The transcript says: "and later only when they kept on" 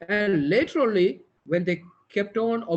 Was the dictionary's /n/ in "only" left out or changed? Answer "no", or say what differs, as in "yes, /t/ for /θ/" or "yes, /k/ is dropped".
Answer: yes, /n/ is dropped